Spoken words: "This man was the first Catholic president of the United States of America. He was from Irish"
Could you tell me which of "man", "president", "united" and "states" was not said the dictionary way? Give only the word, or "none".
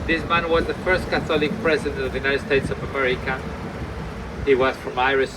none